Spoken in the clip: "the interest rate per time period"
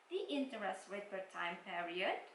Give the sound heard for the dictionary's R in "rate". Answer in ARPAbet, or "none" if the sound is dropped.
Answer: W